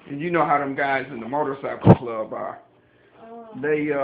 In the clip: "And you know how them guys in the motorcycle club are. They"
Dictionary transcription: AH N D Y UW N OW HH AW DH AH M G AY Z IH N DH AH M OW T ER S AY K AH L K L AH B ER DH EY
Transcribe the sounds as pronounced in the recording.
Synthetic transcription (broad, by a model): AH N Y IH N OW HH AW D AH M G AY Z IH N DH AH M OW T ER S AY AH K L AH B ER DH EY